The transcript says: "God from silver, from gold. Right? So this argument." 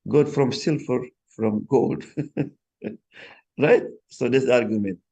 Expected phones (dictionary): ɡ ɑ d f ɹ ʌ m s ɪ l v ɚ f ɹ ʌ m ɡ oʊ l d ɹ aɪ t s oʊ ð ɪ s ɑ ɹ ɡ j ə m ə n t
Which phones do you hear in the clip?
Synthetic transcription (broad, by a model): ɡ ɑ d f ɹ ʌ m s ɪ l f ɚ f ɹ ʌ m ɡ oʊ l d ɹ aɪ t s oʊ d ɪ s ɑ ɹ ɡ j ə m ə n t